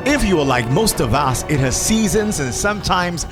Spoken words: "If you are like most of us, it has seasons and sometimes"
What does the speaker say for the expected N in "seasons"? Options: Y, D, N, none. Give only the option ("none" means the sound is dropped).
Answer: N